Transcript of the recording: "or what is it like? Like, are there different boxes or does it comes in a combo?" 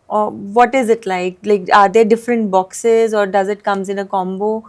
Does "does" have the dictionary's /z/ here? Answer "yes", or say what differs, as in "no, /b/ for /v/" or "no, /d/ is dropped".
yes